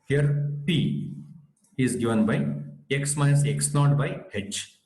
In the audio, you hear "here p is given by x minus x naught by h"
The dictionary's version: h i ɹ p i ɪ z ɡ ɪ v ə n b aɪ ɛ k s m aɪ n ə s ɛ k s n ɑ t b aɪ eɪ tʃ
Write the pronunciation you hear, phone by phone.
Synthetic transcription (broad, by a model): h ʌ ɹ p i ɪ z ɡ ɪ v ə n b aɪ ɛ k s m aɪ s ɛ k s l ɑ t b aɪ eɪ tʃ